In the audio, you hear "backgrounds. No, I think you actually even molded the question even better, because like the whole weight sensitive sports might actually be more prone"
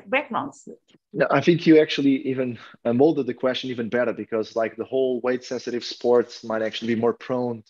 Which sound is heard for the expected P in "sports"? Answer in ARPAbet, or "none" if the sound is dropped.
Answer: P